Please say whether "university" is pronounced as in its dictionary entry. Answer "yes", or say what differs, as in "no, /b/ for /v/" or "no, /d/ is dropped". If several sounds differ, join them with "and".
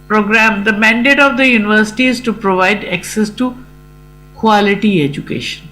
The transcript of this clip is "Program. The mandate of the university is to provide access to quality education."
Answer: yes